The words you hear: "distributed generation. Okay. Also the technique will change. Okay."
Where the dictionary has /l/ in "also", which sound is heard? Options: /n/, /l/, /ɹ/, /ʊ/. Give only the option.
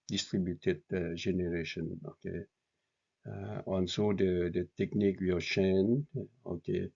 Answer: /n/